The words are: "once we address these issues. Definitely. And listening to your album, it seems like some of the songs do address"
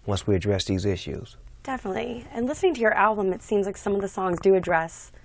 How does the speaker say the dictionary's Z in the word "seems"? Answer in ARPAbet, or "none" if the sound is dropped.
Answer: Z